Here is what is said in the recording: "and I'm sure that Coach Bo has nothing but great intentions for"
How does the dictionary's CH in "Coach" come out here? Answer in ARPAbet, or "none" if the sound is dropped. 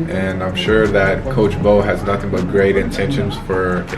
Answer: CH